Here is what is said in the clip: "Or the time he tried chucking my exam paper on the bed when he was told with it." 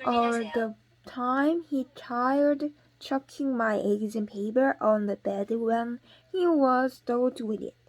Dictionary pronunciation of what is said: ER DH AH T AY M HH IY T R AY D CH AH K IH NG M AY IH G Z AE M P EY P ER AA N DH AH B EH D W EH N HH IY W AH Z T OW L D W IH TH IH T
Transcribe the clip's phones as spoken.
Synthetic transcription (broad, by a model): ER DH AH T AY M HH IY T AY D CH AH K IH NG M AY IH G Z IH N P EY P ER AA N DH AH B EH D W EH N HH IY W AH Z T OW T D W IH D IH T